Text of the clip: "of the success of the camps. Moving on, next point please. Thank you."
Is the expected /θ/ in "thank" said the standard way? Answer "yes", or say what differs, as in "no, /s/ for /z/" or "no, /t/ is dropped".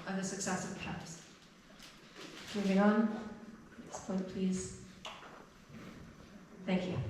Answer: yes